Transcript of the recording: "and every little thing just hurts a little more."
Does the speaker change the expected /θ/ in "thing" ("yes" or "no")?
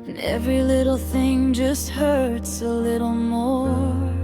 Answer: no